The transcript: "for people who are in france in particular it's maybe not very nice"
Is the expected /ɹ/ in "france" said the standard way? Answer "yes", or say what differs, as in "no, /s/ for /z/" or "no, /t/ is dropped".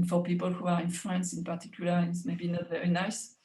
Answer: no, /l/ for /ɹ/